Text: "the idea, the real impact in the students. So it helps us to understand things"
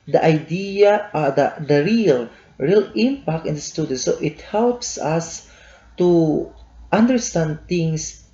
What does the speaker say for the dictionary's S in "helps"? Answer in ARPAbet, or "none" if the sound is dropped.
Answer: S